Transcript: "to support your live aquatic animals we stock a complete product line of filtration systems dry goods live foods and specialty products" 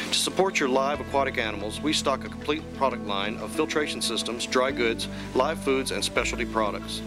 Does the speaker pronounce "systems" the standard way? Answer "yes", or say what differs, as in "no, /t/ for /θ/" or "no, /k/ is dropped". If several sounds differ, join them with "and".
yes